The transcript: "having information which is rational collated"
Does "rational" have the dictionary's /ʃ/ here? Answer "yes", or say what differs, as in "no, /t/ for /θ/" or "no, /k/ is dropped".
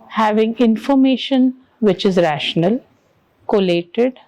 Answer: yes